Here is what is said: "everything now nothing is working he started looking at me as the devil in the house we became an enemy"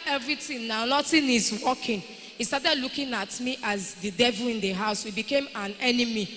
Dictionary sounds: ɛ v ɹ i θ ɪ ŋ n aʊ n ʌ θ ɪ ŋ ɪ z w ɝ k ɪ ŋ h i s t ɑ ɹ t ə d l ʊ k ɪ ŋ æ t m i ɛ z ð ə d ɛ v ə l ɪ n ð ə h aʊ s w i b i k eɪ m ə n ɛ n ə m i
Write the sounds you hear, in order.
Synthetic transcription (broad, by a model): ɛ v ɹ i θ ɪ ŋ n aʊ n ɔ t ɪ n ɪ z w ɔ k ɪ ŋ h i s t ɑ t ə d l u k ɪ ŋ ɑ t m i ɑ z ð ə d ɛ v ə l ɪ n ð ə h aʊ s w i b i k eɪ m ə n ɛ n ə m i